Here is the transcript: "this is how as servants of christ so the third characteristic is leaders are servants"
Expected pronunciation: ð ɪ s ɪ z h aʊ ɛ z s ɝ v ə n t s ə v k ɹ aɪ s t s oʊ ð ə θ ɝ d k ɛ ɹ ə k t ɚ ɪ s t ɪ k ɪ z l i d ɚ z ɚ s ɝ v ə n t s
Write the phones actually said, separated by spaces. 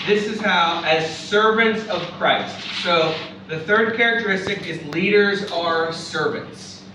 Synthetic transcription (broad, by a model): ð ɪ s ɪ z h aʊ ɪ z s ɝ v ə n t s ə v k ɹ aɪ s t s oʊ ð ə θ ɝ d k ɛ ɹ ə k t ɚ ɪ s t ɪ k ɪ z l i d ɚ z ɚ s ɝ v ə n t s